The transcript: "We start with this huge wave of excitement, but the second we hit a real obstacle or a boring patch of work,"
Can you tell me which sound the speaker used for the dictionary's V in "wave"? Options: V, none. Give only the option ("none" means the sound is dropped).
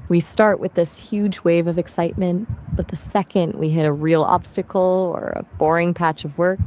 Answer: V